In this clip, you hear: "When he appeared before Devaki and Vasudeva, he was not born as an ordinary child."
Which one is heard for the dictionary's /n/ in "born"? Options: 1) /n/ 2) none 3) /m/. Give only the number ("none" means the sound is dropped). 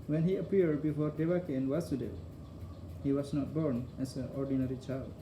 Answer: 1